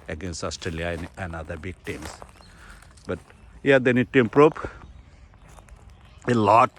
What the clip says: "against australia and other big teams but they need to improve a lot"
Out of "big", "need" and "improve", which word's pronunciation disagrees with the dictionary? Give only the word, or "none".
improve